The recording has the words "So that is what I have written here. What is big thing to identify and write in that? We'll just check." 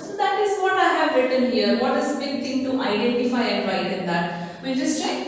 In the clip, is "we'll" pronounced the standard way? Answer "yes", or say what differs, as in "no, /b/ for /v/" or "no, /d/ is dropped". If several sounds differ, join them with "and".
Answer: no, /n/ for /l/